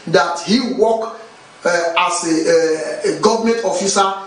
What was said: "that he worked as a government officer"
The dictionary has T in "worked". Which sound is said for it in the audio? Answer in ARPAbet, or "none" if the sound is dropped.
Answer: none